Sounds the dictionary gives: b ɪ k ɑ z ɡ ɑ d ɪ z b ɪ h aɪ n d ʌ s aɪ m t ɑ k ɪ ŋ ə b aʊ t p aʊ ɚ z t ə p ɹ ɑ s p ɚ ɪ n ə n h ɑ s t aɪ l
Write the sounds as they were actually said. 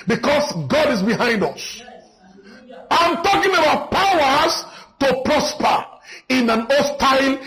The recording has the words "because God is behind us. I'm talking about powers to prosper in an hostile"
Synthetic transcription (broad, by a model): b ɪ k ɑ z ɡ ɑ d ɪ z b ɪ h aɪ n d ʌ s aɪ m t ɑ k ɪ ŋ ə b aʊ t p aʊ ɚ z t ə p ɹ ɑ s p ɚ ɪ n ə n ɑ s t aɪ l